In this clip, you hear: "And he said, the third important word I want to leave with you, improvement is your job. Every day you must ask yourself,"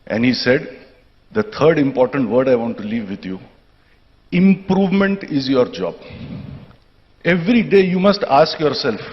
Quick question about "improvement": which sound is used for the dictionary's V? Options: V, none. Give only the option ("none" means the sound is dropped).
V